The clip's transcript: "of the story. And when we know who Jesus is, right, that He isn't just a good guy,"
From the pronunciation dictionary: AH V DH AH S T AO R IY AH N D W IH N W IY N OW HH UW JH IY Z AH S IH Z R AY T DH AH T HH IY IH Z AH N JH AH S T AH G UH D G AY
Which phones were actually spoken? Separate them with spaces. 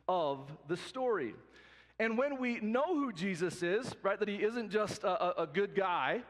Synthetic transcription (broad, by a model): AH V DH AH S T AO R IY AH N W IH N W IY N OW HH UW JH IY Z AH S IH Z R AY T DH AH T HH IY IH Z AH N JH AH S T AH G UH D G AY